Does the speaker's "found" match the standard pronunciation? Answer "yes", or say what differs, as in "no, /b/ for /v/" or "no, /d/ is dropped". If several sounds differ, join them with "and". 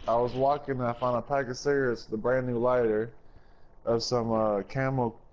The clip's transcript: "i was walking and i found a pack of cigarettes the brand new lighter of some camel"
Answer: no, /d/ is dropped